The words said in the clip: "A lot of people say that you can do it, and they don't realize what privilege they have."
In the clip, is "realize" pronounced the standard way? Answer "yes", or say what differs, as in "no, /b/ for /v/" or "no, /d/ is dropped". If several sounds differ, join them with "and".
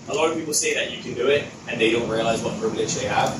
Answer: yes